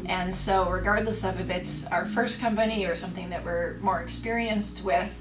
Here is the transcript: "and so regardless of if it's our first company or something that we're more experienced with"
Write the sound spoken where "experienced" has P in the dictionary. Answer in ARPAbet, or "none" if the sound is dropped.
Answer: P